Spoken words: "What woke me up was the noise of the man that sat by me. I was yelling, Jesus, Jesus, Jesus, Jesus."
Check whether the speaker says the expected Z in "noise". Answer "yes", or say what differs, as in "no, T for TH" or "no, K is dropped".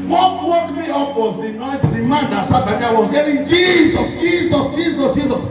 no, Z is dropped